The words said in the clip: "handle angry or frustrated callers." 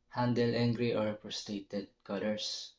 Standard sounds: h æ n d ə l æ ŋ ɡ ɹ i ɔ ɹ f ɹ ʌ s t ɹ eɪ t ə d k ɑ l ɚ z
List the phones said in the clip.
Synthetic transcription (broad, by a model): h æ n d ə l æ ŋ ɡ ɹ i ɔ ɹ p ɹ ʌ s t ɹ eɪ t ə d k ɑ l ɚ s